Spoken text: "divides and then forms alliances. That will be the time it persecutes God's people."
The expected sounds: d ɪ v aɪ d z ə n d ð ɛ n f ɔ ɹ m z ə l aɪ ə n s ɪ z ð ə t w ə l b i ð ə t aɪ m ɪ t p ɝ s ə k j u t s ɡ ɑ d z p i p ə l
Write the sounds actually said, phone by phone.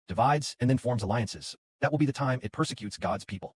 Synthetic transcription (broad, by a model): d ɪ v aɪ d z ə n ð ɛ n f ɔ ɹ m z ə l aɪ ə n s ɪ z ð ə t w ə l b i ð ə t aɪ m ɪ t p ɝ s ə k j u t s ɡ ɑ d z p i p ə l